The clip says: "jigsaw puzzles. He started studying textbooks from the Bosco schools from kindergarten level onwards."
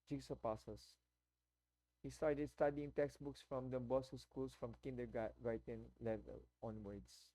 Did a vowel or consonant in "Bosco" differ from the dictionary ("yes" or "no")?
yes